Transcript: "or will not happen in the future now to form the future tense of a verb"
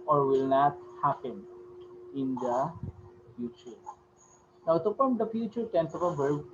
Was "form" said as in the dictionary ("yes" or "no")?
no